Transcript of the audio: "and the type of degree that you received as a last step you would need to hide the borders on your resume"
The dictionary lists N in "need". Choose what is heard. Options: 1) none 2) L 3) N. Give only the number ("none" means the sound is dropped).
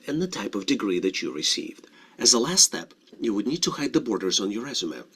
3